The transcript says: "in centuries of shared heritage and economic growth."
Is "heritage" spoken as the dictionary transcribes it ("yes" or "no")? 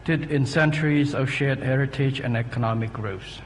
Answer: yes